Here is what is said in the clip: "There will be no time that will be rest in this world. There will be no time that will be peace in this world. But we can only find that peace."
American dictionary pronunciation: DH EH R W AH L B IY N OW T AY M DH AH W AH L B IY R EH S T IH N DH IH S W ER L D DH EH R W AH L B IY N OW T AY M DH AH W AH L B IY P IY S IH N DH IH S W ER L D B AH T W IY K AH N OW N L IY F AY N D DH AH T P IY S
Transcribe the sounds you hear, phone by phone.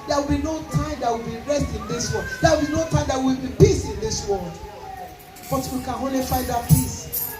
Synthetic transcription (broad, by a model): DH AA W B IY N OW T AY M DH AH W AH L B IY R EH S T IH N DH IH S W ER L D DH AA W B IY N OW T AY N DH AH W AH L B IY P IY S IH N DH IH S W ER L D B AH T W IY K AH N OW L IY F AY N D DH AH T P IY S